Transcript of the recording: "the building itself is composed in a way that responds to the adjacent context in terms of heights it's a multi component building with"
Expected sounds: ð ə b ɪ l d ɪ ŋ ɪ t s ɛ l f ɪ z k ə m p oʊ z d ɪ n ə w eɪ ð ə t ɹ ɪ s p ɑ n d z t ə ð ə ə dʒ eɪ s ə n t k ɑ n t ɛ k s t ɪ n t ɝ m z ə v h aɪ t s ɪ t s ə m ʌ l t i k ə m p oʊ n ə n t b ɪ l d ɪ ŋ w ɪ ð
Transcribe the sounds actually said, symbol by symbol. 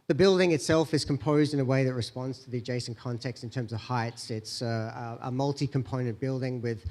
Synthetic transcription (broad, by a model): ð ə b ɪ l d ɪ ŋ ɪ t s ɛ l f ɪ z k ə m p oʊ z d ɪ n ə w eɪ ð ə t ɹ ɪ s p ɑ n d z t ə ð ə dʒ eɪ s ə n k ɑ n t ɛ k s t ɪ n t ɝ m z ə v h aɪ t s ɪ t s ə m ʌ l t i k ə m p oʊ n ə n b ɪ l d ɪ ŋ w ɪ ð